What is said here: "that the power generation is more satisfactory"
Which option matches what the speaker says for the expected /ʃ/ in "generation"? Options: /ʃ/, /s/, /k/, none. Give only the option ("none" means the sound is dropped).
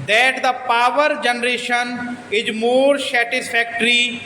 /ʃ/